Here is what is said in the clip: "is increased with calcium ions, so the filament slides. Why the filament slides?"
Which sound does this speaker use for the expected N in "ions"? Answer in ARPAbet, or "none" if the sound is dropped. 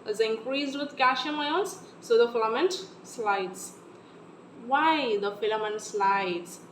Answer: L